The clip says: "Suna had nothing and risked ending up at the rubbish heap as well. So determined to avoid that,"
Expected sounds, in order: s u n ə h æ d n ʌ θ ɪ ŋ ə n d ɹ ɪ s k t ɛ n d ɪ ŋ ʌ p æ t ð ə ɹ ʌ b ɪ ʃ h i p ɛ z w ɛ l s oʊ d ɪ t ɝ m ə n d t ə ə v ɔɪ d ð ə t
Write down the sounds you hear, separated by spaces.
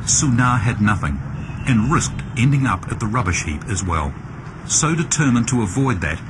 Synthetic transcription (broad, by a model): s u n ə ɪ d n ʌ θ ɪ ŋ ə n ɹ ɪ s k t ɛ n d ɪ ŋ ʌ p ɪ t ð ə ɹ ʌ b ɪ ʃ h i p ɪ z w ɛ l s oʊ d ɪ t ɝ m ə n t ə ə v ɔɪ d ð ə t